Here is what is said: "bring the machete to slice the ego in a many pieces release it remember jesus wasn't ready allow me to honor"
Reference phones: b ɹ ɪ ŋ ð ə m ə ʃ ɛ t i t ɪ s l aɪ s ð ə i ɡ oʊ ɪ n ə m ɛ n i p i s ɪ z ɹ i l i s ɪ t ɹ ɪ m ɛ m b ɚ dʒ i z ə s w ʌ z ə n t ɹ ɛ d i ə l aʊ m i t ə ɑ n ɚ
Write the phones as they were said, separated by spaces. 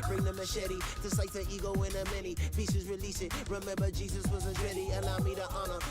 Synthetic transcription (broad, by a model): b ɹ ɪ ŋ ð ə m ə ʃ ɛ t i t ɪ s aɪ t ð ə i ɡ oʊ ɪ n ə m ɛ n i p i s ɪ z ɹ i l i s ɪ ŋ ɹ ɪ m ɛ m b ɚ dʒ i z ə s w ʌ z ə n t ɹ ɛ d i ə l aʊ m i t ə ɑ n ɚ